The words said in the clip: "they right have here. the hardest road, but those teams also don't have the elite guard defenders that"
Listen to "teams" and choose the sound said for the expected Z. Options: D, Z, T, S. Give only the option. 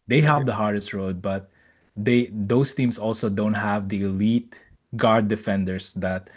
S